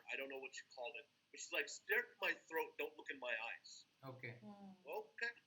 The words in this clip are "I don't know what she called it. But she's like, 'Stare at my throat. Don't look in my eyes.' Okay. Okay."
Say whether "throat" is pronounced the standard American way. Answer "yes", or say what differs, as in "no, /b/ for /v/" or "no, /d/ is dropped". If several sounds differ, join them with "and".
yes